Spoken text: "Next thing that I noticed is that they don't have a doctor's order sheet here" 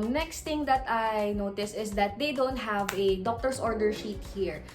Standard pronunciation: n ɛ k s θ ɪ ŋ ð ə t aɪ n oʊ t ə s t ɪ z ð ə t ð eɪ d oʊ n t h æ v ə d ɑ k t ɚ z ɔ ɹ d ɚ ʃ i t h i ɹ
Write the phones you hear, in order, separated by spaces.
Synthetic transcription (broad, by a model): n ɛ k s t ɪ ŋ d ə t aɪ n oʊ t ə s ɪ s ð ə t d eɪ d oʊ n t h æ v ə d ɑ k t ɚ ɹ ɔ ɹ d ɚ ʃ i t h i ɹ